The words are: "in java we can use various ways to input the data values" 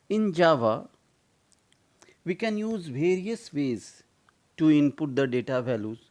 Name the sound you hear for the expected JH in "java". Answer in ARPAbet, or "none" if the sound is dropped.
JH